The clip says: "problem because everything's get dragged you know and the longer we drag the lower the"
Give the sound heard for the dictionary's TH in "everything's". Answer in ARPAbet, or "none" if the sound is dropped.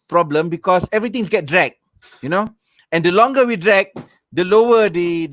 T